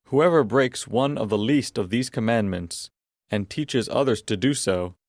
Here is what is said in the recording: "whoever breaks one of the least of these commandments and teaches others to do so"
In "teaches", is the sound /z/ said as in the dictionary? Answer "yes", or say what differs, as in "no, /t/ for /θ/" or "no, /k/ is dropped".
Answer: yes